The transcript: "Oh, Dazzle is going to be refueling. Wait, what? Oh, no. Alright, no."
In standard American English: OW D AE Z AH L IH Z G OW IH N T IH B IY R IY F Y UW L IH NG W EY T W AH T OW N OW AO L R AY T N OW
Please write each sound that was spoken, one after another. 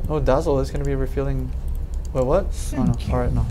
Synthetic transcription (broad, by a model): OW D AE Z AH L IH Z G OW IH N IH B IY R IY F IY L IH NG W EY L W AH T OW N OW AO L R AY T N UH